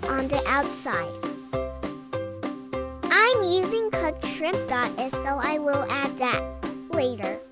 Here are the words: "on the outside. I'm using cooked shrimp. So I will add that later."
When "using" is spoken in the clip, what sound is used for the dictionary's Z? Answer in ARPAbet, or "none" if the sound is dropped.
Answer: Z